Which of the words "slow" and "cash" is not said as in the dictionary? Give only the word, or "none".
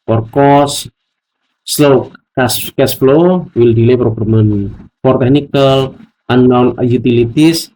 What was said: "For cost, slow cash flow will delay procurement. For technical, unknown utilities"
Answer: cash